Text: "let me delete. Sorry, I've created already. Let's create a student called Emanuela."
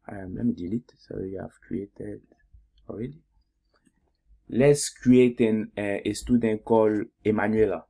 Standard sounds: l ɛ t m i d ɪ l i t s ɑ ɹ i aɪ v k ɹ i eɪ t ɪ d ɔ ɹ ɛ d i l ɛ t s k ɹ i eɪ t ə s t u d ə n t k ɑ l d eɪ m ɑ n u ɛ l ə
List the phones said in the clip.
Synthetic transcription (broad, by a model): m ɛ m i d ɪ l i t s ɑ w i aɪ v k ɹ i eɪ t ɪ d ɔ ɹ ɛ d i l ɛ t s k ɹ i eɪ t ə s t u d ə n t k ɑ l eɪ m ɑ n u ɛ l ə